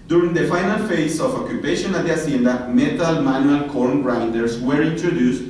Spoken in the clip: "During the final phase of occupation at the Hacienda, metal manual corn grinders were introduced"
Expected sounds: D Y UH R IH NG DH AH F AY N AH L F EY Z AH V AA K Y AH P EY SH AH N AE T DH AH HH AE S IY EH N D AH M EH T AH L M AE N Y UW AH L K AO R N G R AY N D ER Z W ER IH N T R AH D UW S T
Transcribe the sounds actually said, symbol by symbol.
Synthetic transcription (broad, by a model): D Y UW R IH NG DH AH F AY N AH L F EY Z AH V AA K Y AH P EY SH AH N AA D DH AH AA S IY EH N D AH M EH T AH L M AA N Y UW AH L K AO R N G R AY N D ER S W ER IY N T R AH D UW S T